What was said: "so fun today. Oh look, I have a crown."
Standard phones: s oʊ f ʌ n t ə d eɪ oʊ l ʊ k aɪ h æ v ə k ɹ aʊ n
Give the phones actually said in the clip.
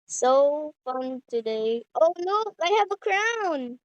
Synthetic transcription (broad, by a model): s oʊ f ʌ n t ə d eɪ oʊ n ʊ aɪ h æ v ə k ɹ aʊ n